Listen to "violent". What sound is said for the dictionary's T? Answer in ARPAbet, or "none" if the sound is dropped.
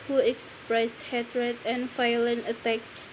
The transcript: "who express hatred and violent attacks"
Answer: none